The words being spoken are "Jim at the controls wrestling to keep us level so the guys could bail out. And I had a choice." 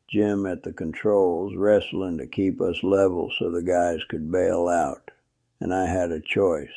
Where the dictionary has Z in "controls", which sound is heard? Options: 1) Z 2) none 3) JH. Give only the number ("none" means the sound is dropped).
1